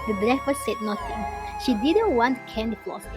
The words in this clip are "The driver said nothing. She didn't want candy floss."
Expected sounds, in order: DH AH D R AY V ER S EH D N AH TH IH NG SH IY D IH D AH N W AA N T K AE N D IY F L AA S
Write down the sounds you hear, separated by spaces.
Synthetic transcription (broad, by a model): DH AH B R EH F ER S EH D N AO T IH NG SH IY D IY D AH N W AA N T K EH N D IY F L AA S